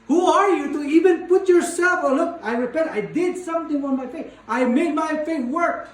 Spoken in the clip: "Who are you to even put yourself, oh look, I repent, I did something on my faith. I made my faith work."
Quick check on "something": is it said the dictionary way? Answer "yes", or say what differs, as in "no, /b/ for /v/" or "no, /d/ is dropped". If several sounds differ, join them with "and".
no, /t/ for /θ/